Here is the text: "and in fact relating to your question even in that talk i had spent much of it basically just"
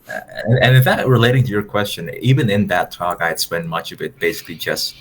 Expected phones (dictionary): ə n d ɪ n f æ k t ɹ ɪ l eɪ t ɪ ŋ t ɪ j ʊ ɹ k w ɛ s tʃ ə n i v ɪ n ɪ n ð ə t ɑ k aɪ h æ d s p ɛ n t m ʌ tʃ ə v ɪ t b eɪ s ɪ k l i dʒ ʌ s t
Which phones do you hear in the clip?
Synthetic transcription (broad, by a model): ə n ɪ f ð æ t ɹ ɪ l eɪ t ɪ ŋ t ɪ j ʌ ɹ k w ɛ s tʃ ə n i v ɪ n ɪ n ð ə t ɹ aɪ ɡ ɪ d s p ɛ n m ʌ tʃ ə v ɪ t b eɪ s ɪ k l i dʒ ʌ s t